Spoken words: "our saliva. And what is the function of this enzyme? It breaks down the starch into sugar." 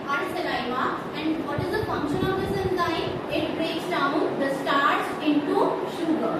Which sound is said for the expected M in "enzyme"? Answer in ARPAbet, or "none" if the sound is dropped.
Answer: none